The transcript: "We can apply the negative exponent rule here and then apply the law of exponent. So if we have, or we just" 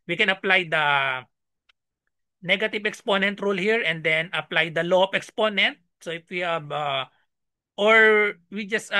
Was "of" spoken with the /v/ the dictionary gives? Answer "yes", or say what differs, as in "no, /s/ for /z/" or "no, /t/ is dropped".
no, /p/ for /v/